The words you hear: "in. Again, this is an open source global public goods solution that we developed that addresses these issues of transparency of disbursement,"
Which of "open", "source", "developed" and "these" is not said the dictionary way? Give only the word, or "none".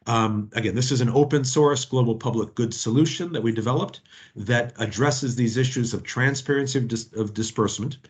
none